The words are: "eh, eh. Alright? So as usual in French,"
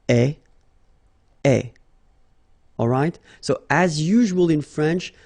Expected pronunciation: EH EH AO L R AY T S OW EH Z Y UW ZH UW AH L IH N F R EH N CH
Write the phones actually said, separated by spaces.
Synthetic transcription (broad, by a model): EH EH AO L R AY T S OW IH Z Y UW ZH UW AH L IH N F R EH N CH